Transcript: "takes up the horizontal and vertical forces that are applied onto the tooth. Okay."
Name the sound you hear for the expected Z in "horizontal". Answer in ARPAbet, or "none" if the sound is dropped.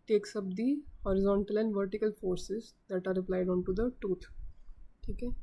Z